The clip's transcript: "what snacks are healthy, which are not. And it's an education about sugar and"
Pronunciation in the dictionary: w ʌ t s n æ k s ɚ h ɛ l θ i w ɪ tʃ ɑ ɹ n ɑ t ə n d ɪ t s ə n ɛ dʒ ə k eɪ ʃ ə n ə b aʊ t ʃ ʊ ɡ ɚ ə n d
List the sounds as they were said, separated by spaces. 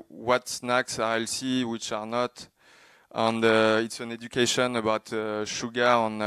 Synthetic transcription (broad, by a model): w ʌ t s n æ k s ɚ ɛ l s i w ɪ tʃ ɑ ɹ n ɑ t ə n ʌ ɪ t s ə n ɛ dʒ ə k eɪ ʃ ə n ə b aʊ t ʃ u ɡ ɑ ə n